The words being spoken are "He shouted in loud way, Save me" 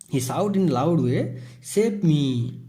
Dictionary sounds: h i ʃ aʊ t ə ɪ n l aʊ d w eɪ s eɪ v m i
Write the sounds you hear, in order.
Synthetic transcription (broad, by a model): h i s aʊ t ɪ n l aʊ d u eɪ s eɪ p m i